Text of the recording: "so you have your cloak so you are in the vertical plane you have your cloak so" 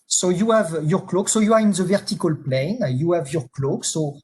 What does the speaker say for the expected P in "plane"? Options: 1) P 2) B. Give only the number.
1